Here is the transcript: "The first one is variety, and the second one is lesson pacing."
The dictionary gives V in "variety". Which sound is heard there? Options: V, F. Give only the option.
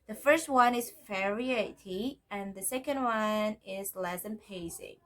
F